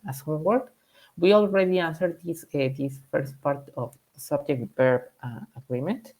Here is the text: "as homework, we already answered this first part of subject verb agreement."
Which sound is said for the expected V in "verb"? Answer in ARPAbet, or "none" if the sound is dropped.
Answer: P